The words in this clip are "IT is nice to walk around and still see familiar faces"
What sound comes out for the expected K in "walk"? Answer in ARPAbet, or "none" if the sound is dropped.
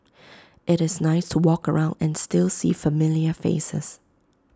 K